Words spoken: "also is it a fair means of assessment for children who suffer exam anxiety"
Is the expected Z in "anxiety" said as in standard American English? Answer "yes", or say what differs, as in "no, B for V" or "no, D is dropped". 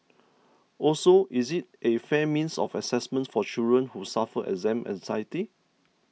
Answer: no, S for Z